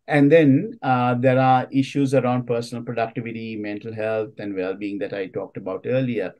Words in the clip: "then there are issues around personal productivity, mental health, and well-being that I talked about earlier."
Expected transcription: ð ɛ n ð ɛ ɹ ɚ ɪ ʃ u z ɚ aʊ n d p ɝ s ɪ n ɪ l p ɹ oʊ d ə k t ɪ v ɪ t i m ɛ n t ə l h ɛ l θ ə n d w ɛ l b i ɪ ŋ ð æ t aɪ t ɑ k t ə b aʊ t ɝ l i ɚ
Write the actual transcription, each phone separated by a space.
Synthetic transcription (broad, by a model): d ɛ n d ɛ ɹ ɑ ɪ ʃ u z ɚ aʊ n d p ɝ s ɪ n ɪ l p ɹ oʊ d ə k t ɪ v ɪ t i m ɛ n t ə l h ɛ l t ə n d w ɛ l b i ɪ ŋ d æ t aɪ t ɑ k t ə b aʊ t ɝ l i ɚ